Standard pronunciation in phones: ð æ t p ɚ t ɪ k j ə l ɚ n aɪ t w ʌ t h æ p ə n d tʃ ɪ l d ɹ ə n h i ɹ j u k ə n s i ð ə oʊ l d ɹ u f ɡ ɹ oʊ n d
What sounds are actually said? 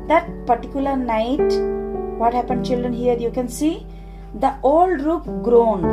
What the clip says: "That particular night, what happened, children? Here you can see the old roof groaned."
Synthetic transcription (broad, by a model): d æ t p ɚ t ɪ k j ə l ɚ n aɪ t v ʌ t h æ p ə n d tʃ ɪ l d ɹ ə n h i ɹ j u k ə n s i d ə oʊ l d ɹ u p ɡ ɹ oʊ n